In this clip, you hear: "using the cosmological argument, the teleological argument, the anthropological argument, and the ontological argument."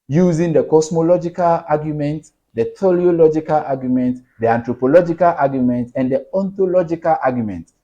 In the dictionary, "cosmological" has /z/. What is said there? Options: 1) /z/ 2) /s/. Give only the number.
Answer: 2